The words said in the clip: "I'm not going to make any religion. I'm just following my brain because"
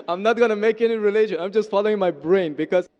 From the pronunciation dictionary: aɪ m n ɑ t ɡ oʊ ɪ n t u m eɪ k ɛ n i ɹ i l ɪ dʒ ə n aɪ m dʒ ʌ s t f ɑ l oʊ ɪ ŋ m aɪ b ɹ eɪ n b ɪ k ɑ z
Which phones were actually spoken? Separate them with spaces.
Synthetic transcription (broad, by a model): aɪ m n ɑ t ɡ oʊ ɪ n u m eɪ k ɛ n i ɹ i l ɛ ʃ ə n aɪ m dʒ ʌ s t f ɑ l oʊ ɪ ŋ m aɪ b ɹ eɪ n b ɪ k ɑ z